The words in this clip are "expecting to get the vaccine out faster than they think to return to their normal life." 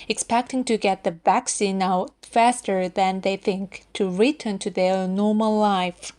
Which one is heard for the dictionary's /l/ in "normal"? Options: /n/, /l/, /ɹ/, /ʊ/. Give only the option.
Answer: /l/